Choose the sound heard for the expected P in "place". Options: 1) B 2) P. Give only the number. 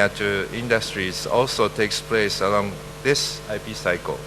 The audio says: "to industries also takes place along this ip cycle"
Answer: 2